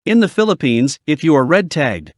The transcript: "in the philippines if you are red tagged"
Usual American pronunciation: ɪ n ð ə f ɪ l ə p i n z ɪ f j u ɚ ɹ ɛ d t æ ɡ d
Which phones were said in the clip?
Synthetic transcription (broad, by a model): ɪ n ð ə f ɪ l ə p i n z ɪ f j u ɚ ɹ ɛ d t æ ɡ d